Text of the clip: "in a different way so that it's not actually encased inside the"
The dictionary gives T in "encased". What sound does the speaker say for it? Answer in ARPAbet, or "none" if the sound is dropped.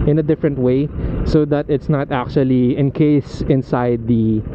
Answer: none